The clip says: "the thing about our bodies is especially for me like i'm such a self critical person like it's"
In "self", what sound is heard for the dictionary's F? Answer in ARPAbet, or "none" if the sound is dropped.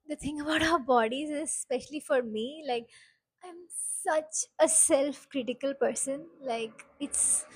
F